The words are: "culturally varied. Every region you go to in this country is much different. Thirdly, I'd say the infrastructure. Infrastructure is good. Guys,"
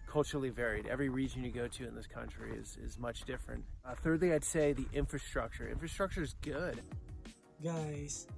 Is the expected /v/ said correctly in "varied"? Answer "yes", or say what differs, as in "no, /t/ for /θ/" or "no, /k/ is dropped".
yes